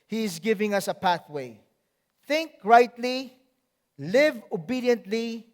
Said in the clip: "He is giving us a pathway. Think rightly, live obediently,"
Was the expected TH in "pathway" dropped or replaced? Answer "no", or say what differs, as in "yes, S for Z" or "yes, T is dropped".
no